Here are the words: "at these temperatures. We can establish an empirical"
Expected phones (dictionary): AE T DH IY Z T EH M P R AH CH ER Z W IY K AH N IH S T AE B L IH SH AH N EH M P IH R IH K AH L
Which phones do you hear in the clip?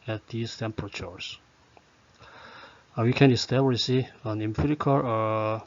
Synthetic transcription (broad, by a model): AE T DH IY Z T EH M P R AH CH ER S W IY K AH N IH S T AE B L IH S AH N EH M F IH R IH K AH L